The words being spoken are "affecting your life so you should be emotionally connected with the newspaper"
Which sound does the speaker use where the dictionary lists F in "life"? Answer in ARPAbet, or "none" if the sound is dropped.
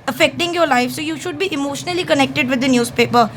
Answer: F